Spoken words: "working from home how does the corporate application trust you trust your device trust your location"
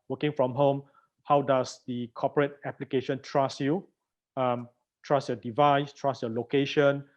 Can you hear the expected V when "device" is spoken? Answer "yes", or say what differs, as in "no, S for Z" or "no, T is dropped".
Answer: yes